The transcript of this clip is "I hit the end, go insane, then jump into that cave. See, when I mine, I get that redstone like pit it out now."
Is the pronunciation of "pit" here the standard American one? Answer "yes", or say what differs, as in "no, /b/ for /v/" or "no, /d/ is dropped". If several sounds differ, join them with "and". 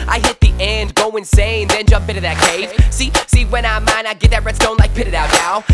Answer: yes